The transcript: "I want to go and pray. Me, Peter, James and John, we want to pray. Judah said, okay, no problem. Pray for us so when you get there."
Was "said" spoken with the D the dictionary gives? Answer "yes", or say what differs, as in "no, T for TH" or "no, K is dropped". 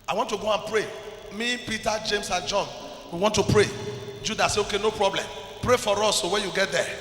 no, D is dropped